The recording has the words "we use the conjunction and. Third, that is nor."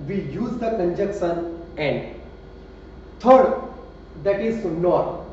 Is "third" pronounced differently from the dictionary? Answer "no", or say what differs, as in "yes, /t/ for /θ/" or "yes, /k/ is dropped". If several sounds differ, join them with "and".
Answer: yes, /t/ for /θ/